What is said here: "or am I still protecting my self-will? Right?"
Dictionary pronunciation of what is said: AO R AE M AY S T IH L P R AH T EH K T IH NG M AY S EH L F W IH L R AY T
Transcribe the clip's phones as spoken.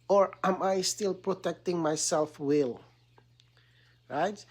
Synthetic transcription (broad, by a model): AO R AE M AY S T IH L P R AH T EH K T IH NG M AY S EH L F W IH L R AY T